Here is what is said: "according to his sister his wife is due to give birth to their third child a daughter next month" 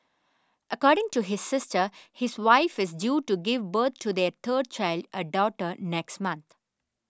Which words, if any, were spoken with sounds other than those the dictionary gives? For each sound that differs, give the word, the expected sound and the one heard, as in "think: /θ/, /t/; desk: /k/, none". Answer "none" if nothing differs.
birth: /θ/, /t/; third: /θ/, /t/; month: /θ/, /t/